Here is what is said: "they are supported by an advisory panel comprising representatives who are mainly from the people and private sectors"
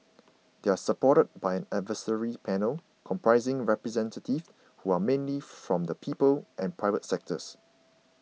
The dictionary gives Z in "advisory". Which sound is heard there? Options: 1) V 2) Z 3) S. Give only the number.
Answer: 3